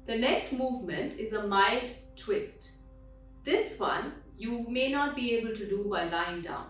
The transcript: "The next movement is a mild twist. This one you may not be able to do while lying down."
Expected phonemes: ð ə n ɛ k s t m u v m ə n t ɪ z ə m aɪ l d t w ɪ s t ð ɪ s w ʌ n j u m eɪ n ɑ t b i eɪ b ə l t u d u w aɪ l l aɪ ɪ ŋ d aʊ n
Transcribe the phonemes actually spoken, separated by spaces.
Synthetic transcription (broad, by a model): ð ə n ɛ k s t m u v m ə n t ɪ z ə m aɪ l d t w ɪ s t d ɪ s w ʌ n j u m eɪ n ɑ t b i eɪ b ə l t u d u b aɪ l l aɪ ɪ ŋ d aʊ n